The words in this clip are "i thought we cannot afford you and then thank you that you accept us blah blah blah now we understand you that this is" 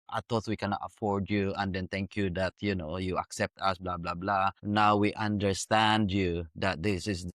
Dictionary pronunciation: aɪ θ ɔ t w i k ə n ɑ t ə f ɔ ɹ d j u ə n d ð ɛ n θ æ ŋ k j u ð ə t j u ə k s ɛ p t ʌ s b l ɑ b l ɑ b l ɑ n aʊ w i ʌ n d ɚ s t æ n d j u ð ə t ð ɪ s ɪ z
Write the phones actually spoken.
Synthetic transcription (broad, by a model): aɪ t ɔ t w i k ə n ɑ t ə f ɔ ɹ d j u ə n d ɛ n t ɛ ŋ k j u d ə t j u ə k s ɛ p t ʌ s b l ɑ b l ɑ b l ɑ n aʊ w i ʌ n d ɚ s t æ n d j u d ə t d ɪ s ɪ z